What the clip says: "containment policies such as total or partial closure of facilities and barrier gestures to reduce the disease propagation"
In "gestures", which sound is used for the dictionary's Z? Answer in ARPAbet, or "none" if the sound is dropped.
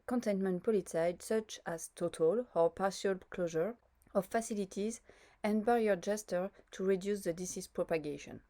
none